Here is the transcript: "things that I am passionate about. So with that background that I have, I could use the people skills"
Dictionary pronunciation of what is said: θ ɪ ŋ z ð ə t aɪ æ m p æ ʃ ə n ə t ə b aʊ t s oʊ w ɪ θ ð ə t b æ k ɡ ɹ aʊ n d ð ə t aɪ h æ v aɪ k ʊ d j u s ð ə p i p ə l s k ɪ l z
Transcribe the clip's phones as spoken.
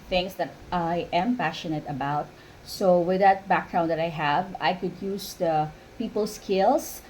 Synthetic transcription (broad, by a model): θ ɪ ŋ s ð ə t aɪ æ m p æ ʃ ə n ə t ə b aʊ t s oʊ w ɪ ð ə t b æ k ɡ ɹ aʊ n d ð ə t aɪ h æ v aɪ k ʊ d j u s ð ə p i p ə l s k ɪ l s